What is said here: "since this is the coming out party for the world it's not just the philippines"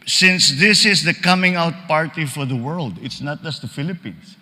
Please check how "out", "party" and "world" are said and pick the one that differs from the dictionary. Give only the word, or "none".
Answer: none